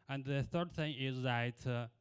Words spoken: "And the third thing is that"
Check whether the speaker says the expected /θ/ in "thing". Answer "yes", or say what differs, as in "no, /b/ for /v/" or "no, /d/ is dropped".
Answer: yes